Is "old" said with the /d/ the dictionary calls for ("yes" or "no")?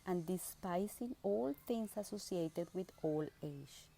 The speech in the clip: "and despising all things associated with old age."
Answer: no